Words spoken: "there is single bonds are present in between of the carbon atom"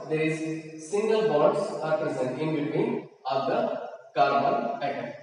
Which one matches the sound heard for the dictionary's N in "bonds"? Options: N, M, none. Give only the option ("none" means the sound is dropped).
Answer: none